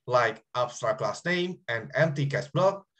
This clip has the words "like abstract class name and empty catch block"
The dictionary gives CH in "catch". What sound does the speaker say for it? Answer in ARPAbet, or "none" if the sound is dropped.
S